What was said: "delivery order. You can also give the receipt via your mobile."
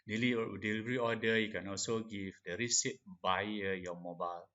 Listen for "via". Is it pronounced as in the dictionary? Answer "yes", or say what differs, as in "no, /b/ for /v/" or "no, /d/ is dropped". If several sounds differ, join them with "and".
no, /b/ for /v/